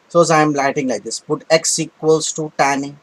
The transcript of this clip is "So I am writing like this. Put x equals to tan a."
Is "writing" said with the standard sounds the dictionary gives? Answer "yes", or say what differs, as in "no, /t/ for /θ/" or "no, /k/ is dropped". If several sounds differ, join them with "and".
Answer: no, /l/ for /ɹ/